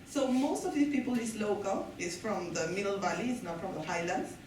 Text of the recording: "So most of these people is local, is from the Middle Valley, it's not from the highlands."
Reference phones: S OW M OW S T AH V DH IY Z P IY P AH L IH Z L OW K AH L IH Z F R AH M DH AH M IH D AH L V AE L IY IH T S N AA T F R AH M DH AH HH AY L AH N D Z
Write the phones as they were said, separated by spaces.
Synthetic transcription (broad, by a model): S OW M OW S T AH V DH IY P IY P AH L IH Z L OW K AH L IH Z F R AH M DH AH M IH D AH L V AE L IY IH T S N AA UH F R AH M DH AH HH AY L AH N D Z